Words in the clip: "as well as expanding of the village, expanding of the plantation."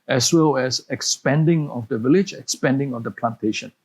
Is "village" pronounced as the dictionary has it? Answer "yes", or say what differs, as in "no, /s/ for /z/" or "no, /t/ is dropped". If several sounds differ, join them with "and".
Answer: yes